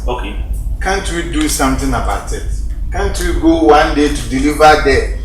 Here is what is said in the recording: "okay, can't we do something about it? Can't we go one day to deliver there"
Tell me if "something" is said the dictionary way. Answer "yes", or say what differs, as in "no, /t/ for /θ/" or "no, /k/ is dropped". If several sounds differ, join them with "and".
no, /t/ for /θ/